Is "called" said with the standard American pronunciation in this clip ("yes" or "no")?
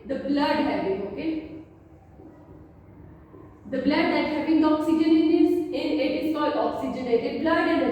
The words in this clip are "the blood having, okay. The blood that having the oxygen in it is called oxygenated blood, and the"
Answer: no